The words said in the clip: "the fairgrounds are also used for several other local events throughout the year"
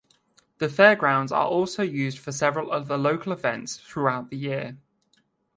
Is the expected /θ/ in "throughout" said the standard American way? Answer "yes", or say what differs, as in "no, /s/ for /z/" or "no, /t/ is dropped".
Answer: yes